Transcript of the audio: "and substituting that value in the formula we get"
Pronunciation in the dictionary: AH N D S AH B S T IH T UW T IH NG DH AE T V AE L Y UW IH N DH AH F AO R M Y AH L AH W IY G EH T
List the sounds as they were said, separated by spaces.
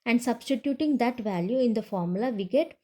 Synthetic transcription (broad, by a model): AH N D S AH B S T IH T UW T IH NG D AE T V AE L Y UW IH N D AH F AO R M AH L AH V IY G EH T